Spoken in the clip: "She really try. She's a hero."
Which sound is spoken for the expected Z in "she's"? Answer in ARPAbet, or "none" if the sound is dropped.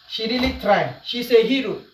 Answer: S